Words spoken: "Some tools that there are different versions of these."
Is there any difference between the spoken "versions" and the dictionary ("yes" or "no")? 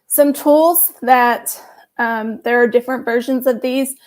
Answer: no